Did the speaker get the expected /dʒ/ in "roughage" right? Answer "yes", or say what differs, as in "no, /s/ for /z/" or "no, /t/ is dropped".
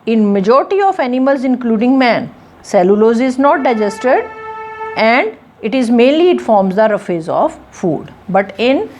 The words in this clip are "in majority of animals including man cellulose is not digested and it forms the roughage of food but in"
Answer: no, /z/ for /dʒ/